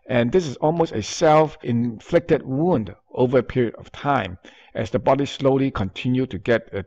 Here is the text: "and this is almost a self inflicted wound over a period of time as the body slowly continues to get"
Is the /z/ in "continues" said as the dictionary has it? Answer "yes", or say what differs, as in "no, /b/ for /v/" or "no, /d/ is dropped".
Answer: no, /z/ is dropped